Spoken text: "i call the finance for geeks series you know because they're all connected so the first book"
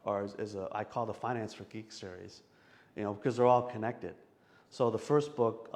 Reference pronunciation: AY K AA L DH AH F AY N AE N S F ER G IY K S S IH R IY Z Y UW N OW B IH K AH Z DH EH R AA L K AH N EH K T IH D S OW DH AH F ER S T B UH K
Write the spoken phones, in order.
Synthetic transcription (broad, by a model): AY K AA L DH AH F AY N AE N S F ER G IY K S S IH R IY Z Y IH N OW B IH K AH Z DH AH R AA L K AH N EH K T IH D S OW DH AH F ER S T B UH K